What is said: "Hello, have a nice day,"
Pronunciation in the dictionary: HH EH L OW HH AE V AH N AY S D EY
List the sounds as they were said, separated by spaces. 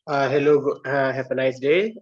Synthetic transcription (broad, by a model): HH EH L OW HH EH P AH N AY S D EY